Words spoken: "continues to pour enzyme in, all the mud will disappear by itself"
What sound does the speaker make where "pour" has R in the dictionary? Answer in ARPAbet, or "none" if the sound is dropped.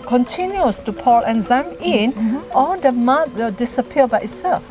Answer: L